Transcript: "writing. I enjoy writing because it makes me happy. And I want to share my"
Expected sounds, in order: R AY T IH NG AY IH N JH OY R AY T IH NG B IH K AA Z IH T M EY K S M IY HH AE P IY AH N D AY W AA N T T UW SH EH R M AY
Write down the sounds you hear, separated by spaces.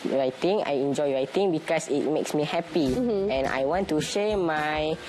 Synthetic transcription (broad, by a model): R AY T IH NG AY IH N JH OY R AY T IH NG B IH K AA S IH T M EY K S M IY HH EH P IY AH N AY W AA N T T UW SH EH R M AY